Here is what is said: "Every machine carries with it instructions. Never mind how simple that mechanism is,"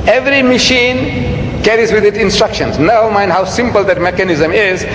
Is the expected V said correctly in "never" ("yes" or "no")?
no